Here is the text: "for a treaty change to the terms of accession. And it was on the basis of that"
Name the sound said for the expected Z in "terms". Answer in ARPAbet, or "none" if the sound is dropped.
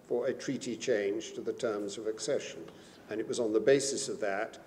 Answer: Z